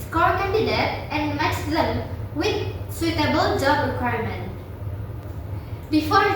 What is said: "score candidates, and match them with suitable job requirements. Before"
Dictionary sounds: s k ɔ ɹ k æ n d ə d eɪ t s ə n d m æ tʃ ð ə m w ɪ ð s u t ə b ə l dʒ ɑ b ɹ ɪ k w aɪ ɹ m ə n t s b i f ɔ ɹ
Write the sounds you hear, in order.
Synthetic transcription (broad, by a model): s k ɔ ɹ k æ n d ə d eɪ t ə n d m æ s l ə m w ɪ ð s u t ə b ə l dʒ ɑ b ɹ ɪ k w aɪ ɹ m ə n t b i f ɔ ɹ